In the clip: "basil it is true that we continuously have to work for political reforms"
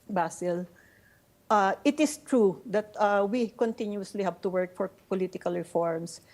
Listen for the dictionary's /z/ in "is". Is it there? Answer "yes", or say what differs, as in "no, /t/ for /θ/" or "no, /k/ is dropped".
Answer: no, /s/ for /z/